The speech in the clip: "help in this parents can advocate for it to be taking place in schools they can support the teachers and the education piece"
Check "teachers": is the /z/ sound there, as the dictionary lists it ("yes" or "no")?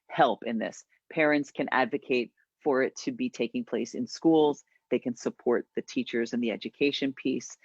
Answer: yes